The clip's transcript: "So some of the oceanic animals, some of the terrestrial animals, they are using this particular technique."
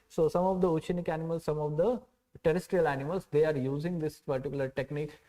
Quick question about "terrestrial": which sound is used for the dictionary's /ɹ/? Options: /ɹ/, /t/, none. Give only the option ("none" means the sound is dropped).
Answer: /ɹ/